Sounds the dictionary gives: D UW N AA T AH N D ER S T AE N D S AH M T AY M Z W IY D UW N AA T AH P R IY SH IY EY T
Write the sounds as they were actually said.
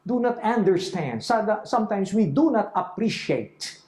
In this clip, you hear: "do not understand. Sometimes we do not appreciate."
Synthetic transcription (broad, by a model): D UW N AA T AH N D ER S T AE N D S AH M T AY M S W IY D UW N AA T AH P R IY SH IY EY T